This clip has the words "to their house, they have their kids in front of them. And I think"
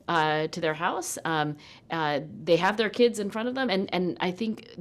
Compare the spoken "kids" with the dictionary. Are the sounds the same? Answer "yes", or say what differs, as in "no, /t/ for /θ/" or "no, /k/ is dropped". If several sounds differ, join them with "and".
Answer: yes